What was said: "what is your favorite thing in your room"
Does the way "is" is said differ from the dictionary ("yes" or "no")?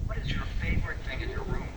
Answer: no